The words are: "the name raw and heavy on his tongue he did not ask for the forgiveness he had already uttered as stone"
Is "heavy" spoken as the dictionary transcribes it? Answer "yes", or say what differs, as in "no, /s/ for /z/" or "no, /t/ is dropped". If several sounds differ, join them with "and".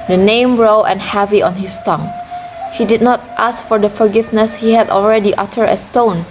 yes